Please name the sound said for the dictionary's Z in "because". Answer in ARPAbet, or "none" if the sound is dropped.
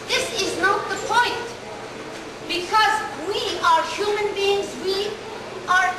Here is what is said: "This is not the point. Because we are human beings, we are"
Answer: Z